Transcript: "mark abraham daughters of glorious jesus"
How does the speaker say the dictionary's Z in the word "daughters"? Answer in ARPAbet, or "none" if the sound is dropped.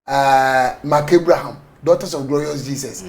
S